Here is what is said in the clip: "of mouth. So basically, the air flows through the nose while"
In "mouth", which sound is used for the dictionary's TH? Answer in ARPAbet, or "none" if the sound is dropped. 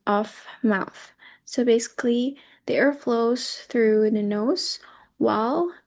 TH